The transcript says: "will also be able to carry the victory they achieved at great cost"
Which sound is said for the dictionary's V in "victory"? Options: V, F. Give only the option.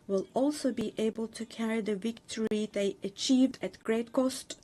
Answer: V